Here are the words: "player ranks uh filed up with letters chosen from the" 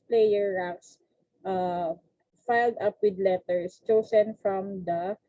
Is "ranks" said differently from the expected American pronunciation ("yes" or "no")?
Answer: yes